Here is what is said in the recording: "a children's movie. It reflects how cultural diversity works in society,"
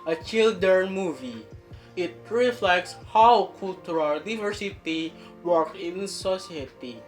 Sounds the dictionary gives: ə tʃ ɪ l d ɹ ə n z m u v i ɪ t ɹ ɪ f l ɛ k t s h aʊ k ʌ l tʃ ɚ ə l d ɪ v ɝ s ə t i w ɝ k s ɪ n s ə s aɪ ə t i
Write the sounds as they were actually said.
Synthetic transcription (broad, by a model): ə tʃ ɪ l d ə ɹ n m u v i ɪ t ɹ ɪ f l ɛ k t s h aʊ k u l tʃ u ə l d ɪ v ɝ s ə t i w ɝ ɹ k ɪ n s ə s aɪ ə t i